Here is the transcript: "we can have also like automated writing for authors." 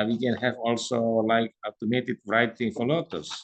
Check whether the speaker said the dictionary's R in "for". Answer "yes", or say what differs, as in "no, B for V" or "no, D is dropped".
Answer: no, L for R